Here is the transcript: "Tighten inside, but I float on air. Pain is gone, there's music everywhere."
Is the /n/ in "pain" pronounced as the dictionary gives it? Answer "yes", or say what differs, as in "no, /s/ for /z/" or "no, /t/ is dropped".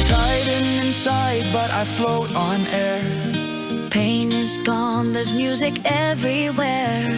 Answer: yes